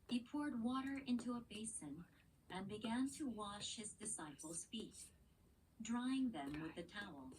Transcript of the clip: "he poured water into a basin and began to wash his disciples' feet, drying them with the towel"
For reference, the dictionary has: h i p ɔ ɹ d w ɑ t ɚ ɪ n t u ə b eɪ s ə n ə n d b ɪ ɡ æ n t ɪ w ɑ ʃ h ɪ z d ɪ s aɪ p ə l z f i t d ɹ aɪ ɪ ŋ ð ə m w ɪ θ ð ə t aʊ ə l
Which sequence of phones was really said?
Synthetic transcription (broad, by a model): h i p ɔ ɹ d w ɑ t ɚ ɪ n t u ə b eɪ s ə n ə n b ɪ ɡ æ n t ɪ w ɑ ʃ h ɪ z d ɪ s aɪ p l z f i t d ɹ aɪ ɪ ŋ ð ə m w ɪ ð ə t aʊ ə l